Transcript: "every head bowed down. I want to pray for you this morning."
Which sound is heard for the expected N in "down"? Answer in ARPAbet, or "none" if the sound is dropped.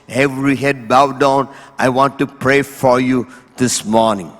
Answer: N